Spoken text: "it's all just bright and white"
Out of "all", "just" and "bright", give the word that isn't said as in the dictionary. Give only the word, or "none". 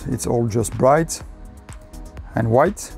none